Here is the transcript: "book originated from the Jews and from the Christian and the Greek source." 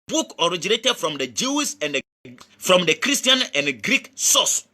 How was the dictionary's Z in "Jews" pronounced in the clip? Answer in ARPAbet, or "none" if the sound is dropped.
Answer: S